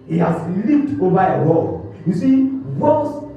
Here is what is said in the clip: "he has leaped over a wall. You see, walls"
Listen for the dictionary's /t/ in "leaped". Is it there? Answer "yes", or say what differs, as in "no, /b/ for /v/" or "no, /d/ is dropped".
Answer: yes